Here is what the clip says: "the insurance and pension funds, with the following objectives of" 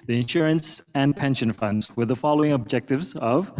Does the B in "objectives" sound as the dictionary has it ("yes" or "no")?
yes